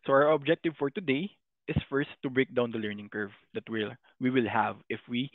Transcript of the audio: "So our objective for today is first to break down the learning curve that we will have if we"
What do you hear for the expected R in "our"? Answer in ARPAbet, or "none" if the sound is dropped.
R